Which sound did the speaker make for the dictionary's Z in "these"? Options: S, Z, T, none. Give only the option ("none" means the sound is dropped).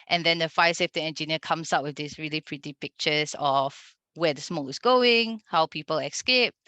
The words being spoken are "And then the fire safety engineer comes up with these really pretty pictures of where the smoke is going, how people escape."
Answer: S